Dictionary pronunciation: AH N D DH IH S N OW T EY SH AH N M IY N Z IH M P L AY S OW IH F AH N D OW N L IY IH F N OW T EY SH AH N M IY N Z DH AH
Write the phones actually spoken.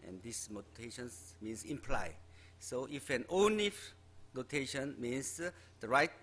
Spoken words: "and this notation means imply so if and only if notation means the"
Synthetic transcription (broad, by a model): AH N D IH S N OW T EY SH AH N M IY N S IH M P L AY S OW IH F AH N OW N IY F N OW T EY SH AH N M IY N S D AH